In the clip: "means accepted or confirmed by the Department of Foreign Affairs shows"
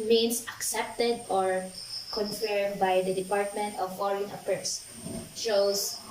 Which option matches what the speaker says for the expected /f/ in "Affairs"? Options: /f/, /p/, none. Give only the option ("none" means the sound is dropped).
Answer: /p/